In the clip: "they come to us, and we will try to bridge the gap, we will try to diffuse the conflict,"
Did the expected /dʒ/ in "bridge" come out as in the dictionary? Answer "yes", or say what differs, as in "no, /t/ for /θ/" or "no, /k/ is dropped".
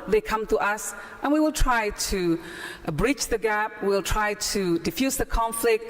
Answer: no, /tʃ/ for /dʒ/